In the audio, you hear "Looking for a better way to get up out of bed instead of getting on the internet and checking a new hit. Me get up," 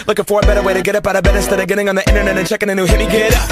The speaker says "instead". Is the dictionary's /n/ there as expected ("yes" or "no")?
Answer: no